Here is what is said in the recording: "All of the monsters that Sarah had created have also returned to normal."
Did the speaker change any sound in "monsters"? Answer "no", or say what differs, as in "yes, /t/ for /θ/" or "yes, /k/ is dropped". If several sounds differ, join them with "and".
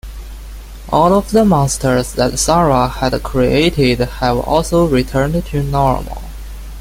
yes, /n/ is dropped